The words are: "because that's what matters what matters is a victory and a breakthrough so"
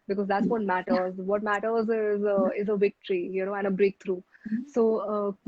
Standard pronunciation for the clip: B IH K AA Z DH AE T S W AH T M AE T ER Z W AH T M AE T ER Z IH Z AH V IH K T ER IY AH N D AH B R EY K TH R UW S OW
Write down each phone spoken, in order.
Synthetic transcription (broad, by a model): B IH K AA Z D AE T S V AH T M AE T ER Z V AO T M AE T ER Z IH Z AH V IH K T ER IY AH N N AH B R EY K T R UW S OW